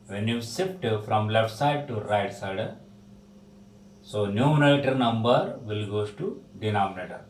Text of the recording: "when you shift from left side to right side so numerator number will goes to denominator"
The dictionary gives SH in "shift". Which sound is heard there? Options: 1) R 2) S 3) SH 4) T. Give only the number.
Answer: 2